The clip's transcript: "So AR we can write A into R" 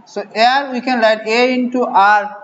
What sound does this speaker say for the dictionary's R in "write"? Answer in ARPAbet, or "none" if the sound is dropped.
L